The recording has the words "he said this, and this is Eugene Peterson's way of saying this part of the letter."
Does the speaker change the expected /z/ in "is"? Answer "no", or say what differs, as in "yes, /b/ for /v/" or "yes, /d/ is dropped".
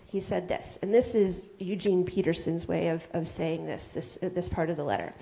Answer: no